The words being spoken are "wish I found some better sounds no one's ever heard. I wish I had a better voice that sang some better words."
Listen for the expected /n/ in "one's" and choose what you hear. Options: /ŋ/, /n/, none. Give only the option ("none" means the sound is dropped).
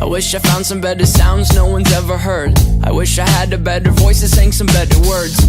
/n/